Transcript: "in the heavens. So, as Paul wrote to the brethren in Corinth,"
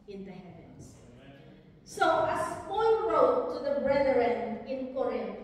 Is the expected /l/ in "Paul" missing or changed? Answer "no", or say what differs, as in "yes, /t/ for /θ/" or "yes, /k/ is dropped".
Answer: yes, /n/ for /l/